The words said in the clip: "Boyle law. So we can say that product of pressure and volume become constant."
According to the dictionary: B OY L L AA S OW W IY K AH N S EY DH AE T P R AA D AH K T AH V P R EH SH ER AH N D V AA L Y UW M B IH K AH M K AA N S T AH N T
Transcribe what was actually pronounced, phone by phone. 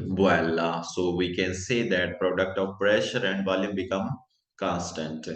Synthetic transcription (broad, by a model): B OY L L AA S OW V IY K AH N S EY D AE T P R AA D AH K T AH V P R EH SH ER AH N D V AA L Y UW M B IH K AH M K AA N S T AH N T